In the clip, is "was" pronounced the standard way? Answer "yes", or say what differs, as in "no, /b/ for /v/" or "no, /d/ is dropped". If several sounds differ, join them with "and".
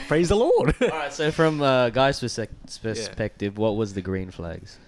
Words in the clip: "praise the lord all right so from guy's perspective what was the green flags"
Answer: yes